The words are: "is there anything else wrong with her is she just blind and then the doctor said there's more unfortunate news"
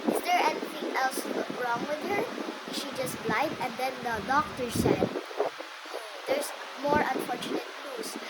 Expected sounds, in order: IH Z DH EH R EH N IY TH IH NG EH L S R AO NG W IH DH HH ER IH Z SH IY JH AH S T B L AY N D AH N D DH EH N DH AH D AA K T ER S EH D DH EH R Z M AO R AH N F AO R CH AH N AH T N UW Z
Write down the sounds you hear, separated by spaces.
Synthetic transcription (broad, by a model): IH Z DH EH R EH N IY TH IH NG EH L S R AO NG W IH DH HH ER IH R SH IY JH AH S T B L AY D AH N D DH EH N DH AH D AA K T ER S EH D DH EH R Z M AO R AH N F AO R CH AH N AH T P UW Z